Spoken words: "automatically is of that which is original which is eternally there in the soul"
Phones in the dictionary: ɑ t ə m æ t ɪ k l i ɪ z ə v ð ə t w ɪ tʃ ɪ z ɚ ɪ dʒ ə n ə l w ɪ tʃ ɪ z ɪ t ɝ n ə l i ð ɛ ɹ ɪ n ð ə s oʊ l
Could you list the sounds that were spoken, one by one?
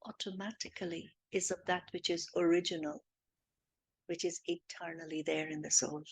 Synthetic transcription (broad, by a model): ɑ t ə m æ t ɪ k l i ɪ z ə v ð ə t w ɪ tʃ ɪ z ɚ ɪ dʒ ə n ə l w ɪ tʃ ɪ z ɪ t ɝ n ə l i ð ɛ ɹ ɪ n ð ə s oʊ l